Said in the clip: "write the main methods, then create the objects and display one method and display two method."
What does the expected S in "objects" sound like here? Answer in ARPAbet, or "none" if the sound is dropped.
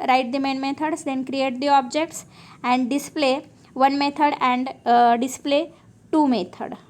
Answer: S